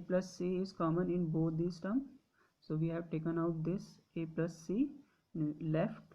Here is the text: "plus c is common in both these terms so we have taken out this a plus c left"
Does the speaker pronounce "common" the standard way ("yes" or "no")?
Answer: yes